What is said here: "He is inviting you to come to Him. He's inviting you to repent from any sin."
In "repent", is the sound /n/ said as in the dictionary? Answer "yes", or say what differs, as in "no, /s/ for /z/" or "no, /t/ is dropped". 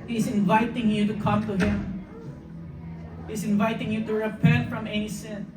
yes